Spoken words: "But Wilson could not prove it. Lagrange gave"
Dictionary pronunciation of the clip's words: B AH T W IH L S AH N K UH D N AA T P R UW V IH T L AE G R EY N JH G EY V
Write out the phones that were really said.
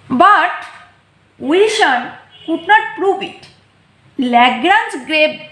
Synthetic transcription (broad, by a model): B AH T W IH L SH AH N K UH D N AA T P R UW V IH T L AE G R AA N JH G EY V